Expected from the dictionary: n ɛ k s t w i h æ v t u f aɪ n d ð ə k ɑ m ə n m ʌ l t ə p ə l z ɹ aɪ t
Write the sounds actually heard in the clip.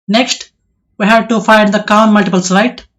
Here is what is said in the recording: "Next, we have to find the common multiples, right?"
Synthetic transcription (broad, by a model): n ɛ k s t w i h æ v t u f aɪ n d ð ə k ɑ ə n m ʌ l t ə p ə l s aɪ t